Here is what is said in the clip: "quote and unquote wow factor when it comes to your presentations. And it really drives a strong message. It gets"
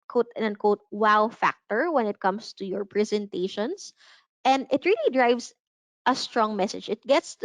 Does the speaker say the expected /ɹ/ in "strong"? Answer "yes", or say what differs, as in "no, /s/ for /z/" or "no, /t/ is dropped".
yes